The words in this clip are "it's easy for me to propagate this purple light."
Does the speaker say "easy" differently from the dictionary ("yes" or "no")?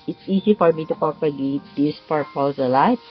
yes